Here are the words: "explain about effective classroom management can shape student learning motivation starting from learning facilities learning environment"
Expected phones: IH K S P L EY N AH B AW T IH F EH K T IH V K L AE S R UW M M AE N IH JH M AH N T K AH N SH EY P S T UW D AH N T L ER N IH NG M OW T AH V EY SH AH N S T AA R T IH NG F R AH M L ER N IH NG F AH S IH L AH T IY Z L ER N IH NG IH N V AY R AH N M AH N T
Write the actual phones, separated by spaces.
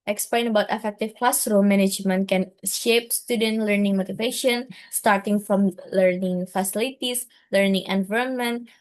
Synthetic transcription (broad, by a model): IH K S P L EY N AH B AW T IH F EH K T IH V K L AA S R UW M M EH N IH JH M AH N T K AH N SH EY P S T UW D AH N T L ER N IH NG M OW T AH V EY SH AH N S T AA R T IH NG F R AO M L ER N IH NG F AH S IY L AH T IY S L ER N IH NG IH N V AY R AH N M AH N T